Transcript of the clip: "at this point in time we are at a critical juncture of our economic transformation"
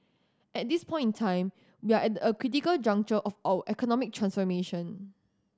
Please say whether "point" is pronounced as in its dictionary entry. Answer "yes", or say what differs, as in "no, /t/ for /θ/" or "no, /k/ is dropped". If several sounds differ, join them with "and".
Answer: yes